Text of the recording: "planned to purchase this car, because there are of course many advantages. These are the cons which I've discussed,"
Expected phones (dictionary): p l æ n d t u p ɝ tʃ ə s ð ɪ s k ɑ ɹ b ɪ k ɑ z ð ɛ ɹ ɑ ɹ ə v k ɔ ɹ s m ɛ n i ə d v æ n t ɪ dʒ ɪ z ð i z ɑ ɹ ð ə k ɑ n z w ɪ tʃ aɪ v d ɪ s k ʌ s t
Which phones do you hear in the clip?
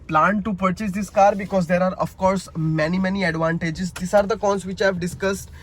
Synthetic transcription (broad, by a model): p l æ n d t u p ɝ tʃ ə s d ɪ s k ɑ ɹ b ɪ k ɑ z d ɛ ɹ ɑ ɹ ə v k ɔ ɹ s m ɛ n i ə d v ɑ n t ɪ dʒ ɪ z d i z ɑ ɹ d ə k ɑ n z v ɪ tʃ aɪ v d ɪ s k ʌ s t